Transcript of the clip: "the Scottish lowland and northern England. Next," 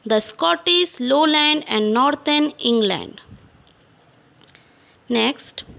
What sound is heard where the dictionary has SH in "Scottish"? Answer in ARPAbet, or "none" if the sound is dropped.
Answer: S